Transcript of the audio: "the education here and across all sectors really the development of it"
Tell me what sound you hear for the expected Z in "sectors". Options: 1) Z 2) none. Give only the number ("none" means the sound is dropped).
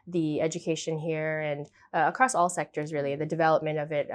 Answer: 1